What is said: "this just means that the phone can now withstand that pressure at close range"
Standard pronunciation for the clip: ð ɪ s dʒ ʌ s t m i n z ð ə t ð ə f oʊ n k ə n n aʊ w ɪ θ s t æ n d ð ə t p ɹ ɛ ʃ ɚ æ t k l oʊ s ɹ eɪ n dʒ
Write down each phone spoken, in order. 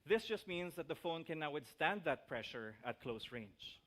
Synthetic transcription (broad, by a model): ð ɪ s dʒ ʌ s t m i n s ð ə t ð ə f oʊ n k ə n n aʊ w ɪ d s t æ n d ð ə t p ɹ ɛ ʃ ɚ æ t k l oʊ s ɹ eɪ n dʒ